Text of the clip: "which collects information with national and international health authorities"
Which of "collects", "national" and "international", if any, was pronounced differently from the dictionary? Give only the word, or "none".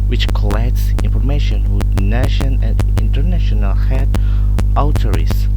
national